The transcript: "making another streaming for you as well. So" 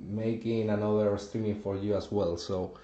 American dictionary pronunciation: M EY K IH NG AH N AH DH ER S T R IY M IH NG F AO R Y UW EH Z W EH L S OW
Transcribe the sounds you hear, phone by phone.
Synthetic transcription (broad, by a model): M EY K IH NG AH N AH DH ER S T IY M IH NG F AO R Y UW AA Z W EH L S OW